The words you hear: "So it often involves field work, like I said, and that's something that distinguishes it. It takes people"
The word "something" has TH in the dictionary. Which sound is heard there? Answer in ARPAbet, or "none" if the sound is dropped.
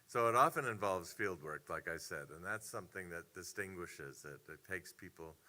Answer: TH